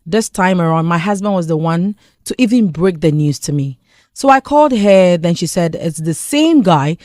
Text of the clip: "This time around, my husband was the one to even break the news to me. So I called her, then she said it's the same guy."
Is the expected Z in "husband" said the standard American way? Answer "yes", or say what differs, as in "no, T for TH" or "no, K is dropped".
yes